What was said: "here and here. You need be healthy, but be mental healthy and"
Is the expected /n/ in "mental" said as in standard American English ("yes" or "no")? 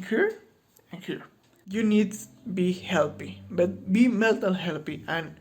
no